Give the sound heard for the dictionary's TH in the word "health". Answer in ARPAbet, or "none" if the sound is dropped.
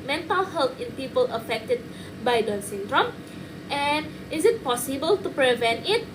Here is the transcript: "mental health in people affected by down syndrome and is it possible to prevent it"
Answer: T